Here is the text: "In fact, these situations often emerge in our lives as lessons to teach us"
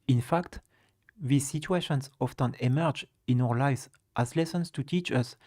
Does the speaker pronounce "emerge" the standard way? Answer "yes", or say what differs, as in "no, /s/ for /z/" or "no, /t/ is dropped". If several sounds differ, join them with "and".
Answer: yes